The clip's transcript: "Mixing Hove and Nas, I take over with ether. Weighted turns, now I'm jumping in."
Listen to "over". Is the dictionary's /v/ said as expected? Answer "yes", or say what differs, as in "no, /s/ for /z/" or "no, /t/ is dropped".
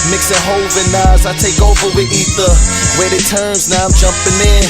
yes